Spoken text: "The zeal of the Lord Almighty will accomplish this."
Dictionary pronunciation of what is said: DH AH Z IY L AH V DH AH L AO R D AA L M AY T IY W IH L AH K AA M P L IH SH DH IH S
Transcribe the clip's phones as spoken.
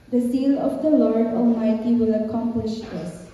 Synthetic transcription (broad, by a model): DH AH S IY L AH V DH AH L AO R D AA L M AY T IY W IH L AH K AA M P L IH SH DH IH S